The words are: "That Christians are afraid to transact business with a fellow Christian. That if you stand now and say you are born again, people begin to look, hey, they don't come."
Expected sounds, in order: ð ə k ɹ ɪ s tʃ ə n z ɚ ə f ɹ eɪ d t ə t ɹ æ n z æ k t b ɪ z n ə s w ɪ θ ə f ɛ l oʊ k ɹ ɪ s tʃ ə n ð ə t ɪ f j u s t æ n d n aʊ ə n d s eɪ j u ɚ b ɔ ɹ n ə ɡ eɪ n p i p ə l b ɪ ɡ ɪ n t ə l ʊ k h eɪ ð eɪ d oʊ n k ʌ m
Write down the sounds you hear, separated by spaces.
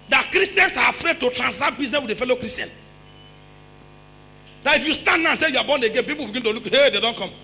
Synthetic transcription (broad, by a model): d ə k ɹ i s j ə n s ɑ ə f ɹ eɪ d t ə t ɹ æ n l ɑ t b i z n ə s w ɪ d ə f ɛ l oʊ k ɹ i s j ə n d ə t ɪ f j u s t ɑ n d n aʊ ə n s eɪ j u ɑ b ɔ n ə ɡ eɪ n p i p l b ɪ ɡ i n t ə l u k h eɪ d eɪ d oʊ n k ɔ m